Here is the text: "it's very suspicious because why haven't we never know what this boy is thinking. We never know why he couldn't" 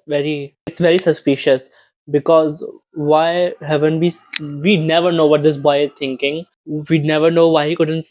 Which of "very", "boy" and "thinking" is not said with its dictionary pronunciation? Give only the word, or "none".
thinking